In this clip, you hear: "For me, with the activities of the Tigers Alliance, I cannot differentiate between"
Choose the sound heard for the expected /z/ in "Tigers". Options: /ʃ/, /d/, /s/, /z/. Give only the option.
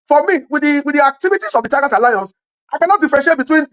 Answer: /s/